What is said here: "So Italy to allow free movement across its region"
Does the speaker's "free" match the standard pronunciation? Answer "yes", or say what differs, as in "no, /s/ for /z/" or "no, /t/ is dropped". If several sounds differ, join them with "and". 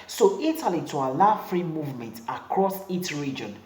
yes